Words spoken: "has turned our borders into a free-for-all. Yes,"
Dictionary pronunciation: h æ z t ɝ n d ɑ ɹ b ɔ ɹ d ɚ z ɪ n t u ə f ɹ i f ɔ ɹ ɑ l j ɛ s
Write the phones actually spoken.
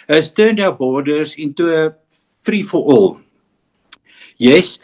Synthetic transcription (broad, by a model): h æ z t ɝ n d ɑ w b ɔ ɹ d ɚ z ɪ n t u ə f ɹ i f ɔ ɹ ɑ l j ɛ s